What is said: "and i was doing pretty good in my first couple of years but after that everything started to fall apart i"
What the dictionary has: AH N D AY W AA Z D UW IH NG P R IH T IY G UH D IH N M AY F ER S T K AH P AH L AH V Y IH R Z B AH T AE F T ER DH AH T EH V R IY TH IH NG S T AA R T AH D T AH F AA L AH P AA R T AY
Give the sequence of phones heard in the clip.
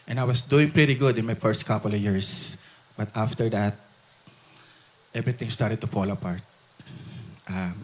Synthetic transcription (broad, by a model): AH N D AY W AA S D UW IH NG P R IH T IY G UH D IH N M AY F ER S T K AH P AH L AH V Y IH R S B AH T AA F T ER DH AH T EH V R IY T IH NG S T AA R T AH D T AH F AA L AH P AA R T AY